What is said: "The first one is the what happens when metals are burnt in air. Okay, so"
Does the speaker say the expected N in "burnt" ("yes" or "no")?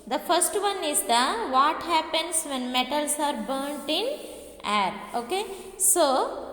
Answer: yes